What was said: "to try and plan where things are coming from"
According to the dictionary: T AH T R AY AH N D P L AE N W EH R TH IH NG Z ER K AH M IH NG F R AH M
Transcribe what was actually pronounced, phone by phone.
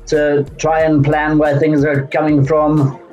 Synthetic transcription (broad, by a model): T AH T R AY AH N P L AE N W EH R TH IH NG Z ER K AH M IH NG F R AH M